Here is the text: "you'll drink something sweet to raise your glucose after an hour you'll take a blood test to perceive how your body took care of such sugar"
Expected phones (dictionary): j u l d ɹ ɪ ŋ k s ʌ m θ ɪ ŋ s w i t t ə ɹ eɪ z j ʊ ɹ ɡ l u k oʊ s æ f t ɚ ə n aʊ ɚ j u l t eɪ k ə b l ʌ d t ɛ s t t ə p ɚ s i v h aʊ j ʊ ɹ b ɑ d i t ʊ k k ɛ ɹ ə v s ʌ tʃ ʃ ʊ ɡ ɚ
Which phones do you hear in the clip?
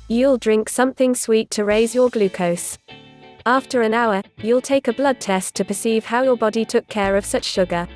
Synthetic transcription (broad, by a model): j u l d ɹ ɪ ŋ k s ʌ m θ ɪ ŋ s w i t t ə ɹ eɪ z j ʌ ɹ ɡ l u k oʊ s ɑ f t ɚ ə n aʊ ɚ j u l t eɪ k ə b l ʌ d t ɛ s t t ə p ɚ s i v h aʊ j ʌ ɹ b ɑ d i t ʊ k k ɛ ɹ ə v s ʌ tʃ ʃ ʊ ɡ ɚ